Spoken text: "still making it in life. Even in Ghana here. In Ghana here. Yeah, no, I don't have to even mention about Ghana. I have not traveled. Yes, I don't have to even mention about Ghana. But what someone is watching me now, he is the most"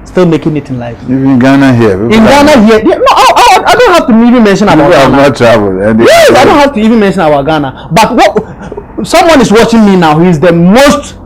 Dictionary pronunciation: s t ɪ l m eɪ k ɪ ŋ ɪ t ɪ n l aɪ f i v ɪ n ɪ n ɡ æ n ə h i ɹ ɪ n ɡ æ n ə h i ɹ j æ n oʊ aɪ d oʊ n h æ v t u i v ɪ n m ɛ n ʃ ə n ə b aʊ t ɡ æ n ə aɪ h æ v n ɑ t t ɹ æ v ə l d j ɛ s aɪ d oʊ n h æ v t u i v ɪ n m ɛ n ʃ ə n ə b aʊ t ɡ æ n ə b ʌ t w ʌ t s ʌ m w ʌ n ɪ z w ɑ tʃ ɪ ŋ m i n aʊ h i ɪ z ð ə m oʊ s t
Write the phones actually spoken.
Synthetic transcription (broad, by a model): s t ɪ l m eɪ k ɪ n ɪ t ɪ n l aɪ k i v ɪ n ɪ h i ə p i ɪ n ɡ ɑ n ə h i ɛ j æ n oʊ aɪ d oʊ n h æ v t u i v ɪ n m ɛ n ʃ ə n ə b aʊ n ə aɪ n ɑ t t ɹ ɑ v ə n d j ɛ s aɪ d oʊ n h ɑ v t u i v ɪ n m ɛ n ʃ ə n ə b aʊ ɡ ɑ n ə b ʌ t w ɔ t s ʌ m w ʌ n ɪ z w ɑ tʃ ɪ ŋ m i n aʊ h i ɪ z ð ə m oʊ s t